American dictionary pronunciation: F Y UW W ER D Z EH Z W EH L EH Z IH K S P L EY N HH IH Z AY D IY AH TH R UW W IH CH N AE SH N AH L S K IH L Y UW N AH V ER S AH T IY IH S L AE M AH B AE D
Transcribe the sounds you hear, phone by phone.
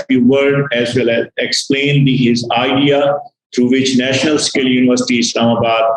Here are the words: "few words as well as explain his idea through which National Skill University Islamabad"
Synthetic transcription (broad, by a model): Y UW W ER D EH Z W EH L EH Z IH K S P L EY N HH IH Z AY D IY AH T R UW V IH CH N AE SH N AH L S K IH L Y UW N AH V ER S AH T IY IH S L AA M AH B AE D